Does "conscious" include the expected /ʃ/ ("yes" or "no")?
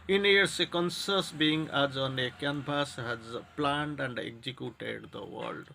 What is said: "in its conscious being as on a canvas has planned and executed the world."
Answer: no